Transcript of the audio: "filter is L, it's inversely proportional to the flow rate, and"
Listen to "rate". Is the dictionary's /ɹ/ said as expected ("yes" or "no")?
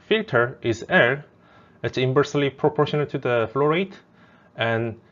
yes